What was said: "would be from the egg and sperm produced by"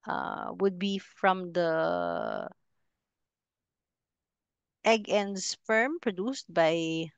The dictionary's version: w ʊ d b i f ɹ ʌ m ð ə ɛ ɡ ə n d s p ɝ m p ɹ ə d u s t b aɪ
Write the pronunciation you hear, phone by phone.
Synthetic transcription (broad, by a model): w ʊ d b i f ɹ ʌ m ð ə ɛ ɡ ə n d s f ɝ m p ɹ ə d u s t b aɪ